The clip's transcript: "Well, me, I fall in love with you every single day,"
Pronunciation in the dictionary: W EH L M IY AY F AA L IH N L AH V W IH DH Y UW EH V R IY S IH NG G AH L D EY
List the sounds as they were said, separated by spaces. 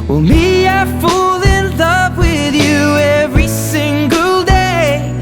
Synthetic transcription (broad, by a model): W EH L M IY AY F AA L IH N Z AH P W IH DH Y UW EH V R IY S IH NG G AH L D EY